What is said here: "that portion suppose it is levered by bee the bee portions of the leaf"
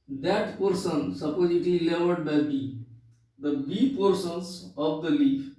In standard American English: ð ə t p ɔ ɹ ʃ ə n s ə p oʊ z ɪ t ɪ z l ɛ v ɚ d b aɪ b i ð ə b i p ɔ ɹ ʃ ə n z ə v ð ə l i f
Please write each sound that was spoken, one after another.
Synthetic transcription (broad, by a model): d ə t p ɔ ɹ s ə n s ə p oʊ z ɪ t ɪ l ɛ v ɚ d b aɪ b i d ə b i p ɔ ɹ s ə n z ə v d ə l i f